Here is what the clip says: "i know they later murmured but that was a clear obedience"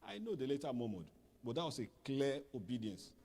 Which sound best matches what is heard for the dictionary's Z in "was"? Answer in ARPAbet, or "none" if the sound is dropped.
S